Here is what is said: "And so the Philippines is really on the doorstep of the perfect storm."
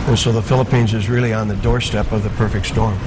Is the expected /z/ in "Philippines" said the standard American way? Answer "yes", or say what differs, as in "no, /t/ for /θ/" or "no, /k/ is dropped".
yes